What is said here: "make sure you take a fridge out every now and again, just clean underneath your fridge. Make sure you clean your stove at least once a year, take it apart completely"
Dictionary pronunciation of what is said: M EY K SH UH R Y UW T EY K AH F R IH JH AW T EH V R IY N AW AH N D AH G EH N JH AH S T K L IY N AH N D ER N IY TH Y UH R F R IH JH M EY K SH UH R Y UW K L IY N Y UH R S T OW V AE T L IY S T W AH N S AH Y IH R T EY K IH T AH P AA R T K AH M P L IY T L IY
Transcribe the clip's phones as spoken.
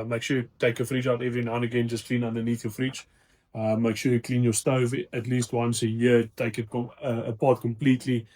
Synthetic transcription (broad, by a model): M EY K SH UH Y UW T EY K AH F R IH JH AW T EH V R IY N AW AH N AH G EH N JH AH S K L IY N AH N D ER N IY TH Y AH F R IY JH M EY K SH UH Y UW K L IY N Y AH S T OW V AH T L IY S T W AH N S AH Y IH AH T EY K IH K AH P AA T K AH M P L IY T L IY